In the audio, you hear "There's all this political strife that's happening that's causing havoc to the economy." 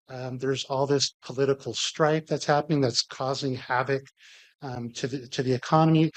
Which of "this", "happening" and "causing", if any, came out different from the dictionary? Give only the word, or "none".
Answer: none